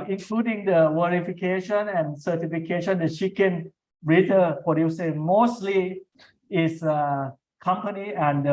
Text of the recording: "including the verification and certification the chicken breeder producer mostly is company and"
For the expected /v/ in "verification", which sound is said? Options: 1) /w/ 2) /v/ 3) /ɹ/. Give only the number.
1